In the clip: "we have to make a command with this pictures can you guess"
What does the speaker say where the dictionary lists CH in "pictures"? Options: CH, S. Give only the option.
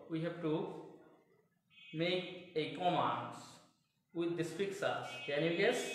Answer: S